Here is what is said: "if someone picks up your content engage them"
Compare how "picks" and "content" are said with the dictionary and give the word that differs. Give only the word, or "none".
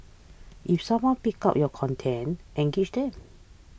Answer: picks